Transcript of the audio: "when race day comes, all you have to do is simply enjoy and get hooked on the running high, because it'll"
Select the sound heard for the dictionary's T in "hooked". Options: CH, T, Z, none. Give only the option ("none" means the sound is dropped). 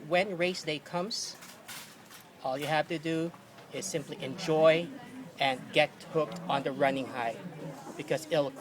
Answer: T